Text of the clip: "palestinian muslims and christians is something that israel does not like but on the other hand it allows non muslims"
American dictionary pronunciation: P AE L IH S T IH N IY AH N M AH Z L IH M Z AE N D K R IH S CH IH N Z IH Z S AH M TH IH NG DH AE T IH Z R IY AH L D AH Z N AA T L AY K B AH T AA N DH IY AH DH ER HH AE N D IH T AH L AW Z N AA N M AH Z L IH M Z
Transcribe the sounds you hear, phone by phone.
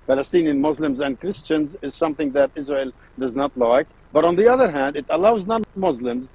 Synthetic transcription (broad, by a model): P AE L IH S T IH N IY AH N M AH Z L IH M Z AE N D K R IH S CH IH N Z IH Z S AH M TH IH NG DH AE T IH Z R IY AH L D AH Z N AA T L AY K B AH T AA N DH IY AH DH ER HH AE N D IH T AH L AW Z N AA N M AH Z L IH M Z